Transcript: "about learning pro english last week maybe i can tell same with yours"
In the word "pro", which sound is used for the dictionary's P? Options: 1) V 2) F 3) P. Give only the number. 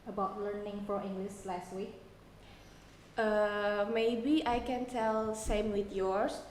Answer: 2